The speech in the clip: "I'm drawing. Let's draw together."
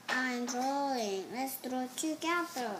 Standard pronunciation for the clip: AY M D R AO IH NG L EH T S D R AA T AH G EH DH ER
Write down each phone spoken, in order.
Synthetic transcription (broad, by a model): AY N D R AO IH NG L EH T S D R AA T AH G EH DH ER